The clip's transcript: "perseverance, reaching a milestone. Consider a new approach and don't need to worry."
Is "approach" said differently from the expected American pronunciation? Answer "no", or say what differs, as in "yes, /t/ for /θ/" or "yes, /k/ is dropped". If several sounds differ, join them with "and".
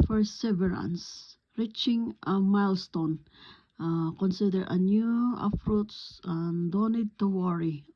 yes, /s/ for /tʃ/